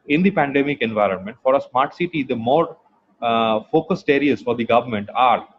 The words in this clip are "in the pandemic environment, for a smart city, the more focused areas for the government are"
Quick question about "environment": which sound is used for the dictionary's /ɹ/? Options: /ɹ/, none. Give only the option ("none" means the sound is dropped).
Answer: /ɹ/